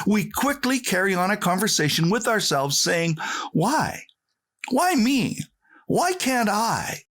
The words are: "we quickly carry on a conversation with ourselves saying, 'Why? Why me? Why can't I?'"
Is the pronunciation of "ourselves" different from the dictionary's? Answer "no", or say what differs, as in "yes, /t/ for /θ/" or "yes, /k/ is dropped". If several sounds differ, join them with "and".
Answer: no